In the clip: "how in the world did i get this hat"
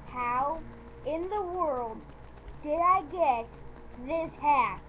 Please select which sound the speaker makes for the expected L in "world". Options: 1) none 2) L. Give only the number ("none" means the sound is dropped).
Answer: 2